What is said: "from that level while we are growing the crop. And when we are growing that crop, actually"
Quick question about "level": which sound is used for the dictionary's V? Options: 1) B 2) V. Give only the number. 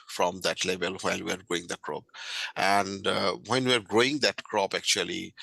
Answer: 1